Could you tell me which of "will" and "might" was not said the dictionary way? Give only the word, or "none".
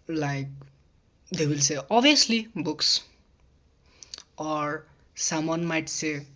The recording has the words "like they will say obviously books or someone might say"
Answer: none